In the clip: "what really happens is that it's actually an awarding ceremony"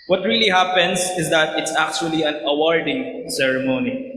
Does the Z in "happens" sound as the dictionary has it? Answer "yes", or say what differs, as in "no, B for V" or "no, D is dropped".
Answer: no, S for Z